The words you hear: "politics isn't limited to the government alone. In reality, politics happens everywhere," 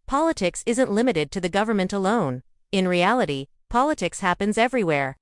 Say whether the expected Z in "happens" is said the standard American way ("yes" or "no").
yes